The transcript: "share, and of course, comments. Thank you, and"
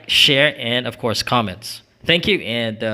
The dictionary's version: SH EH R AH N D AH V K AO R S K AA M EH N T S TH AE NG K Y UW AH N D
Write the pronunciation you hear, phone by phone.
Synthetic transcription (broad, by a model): SH EH R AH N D AH V K AO R S K AA M EH N T S TH AE NG K Y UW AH N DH